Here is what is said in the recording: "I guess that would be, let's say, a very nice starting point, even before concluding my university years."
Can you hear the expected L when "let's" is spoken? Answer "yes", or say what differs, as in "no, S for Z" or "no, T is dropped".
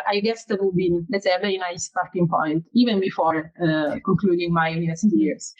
no, N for L